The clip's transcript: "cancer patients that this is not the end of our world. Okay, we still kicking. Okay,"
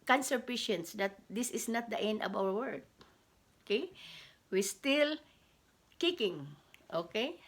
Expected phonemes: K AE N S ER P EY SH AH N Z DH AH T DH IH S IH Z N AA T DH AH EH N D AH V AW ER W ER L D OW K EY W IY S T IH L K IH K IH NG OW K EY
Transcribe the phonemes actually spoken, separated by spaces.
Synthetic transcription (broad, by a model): K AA N S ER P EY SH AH N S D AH T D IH S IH S N AA T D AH EH N D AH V AW ER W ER D OW K EY W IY S T IH L K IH K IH NG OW K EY